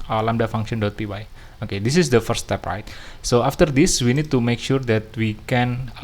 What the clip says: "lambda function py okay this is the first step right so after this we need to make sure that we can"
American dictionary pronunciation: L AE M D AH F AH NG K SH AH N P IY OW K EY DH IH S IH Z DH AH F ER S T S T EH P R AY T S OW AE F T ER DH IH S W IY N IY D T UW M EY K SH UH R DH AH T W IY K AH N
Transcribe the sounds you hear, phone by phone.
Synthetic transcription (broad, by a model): L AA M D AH F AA NG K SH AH N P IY OW K EY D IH S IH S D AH F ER T S T EH P R AY T S OW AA F T ER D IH S W IY N IY D T UW M EY K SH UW R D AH T W IY K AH N